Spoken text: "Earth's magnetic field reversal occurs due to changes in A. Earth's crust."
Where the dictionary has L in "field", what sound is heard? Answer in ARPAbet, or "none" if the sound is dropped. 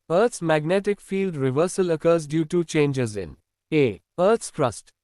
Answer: L